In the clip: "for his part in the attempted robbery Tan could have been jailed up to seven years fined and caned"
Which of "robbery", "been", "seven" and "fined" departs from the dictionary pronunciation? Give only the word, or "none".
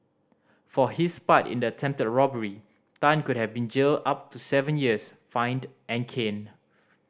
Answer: none